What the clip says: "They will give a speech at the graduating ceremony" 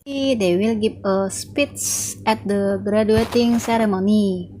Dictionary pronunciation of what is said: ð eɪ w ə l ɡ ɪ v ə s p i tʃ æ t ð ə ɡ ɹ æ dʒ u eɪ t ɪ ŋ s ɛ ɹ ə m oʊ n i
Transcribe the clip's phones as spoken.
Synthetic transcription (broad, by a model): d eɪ w ə l ɡ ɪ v ə s p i s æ t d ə ɡ ɹ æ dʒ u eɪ t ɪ ŋ s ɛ ɹ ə m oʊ n i